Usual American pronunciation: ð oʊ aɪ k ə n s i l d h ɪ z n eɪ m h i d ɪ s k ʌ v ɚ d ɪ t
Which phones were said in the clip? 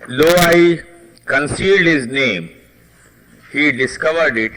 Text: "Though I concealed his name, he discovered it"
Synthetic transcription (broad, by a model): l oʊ aɪ k ə n s i l d h ɪ z n eɪ m h i d ɪ s k ʌ v ɚ d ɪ t